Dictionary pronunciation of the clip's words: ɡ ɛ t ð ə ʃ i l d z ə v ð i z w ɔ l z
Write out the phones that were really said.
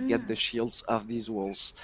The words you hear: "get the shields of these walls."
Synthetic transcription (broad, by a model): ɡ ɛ t ð ə ʃ i l d z ə v ð i z w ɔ l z